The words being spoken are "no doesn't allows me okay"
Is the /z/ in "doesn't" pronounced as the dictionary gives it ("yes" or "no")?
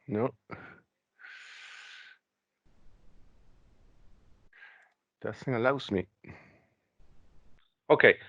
no